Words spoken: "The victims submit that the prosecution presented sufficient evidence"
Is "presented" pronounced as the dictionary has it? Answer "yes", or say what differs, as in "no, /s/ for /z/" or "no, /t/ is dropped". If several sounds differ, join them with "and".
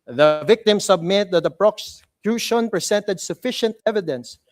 no, /s/ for /z/